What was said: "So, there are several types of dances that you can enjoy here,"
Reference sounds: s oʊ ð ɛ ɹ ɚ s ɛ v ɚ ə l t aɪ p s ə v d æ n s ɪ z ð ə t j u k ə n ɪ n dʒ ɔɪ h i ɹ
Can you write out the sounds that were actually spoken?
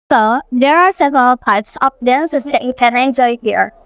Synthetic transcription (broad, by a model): s oʊ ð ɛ ɹ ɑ s ɛ v ɚ ə l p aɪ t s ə p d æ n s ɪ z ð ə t j u k ə n ɪ n dʒ ɔɪ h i ɹ